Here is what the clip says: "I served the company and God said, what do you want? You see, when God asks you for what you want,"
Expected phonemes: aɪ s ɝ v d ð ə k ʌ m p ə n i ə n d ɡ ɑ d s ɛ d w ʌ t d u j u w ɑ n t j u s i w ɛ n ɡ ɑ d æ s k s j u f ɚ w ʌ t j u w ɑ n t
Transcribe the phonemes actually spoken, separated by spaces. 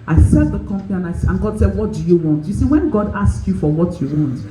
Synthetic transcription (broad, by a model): aɪ s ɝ d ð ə k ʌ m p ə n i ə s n ɡ ɑ d s ɛ d w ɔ t d u j u w ɑ n t j u s i w ɛ n ɡ ɑ d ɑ s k j u f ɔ w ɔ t j u w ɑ n t